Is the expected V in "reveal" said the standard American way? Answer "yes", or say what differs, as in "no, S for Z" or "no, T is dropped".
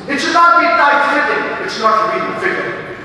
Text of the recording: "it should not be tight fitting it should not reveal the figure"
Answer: no, B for V